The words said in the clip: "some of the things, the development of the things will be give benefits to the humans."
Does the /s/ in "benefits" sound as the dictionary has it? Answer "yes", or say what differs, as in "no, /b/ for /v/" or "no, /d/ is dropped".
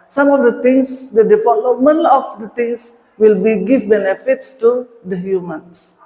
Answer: yes